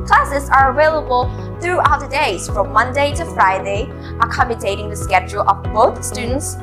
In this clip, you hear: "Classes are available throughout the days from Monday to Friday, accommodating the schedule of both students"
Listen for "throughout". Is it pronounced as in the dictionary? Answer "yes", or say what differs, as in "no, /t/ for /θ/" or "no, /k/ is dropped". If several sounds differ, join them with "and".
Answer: yes